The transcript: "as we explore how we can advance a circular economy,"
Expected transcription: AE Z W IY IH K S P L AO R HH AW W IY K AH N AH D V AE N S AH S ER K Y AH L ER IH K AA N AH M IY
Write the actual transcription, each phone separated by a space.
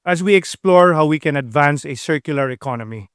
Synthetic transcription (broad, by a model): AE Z W IY IH K S P L AO R HH AW W IY K AH N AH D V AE N S AH S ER K Y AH L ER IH K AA N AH M IY